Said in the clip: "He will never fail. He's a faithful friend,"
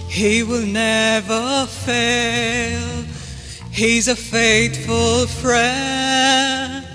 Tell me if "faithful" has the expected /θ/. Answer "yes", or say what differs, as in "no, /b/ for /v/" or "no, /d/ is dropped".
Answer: no, /t/ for /θ/